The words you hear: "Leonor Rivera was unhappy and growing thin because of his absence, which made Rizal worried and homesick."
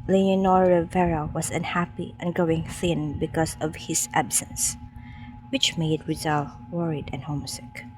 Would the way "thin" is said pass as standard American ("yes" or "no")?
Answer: yes